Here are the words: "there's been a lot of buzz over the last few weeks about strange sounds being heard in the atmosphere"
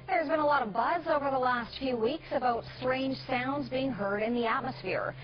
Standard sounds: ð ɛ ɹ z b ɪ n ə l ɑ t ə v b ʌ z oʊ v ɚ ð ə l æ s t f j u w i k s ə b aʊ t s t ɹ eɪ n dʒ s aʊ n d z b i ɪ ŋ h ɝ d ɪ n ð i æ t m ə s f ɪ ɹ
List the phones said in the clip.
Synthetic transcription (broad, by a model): ð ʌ ɹ z b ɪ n ə l ɑ t ə v b ʌ z oʊ v ɚ ð ə l æ s t f j u w i k s ə b aʊ t s t ɹ eɪ n dʒ s aʊ n d z b i ɪ ŋ h ɝ d ɪ n ð i æ t m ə s f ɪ ɹ